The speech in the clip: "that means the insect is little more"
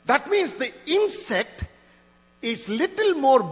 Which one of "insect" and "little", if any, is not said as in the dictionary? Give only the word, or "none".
none